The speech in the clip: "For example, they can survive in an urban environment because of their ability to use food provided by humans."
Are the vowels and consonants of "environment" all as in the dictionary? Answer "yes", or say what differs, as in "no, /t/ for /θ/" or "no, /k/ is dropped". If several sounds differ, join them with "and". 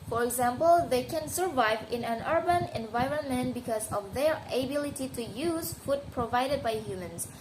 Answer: yes